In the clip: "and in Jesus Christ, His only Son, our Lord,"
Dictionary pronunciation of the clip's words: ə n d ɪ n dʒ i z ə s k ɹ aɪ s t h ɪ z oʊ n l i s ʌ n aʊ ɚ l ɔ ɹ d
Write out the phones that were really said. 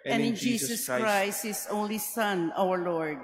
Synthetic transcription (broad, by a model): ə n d ɪ n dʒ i s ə s k ɹ aɪ s t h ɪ s oʊ n l i s ʌ n aʊ ɚ l ɔ ɹ d